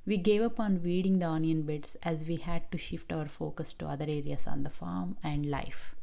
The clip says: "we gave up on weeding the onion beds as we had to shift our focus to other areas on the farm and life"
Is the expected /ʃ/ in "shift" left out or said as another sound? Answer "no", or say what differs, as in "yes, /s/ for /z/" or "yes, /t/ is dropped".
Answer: no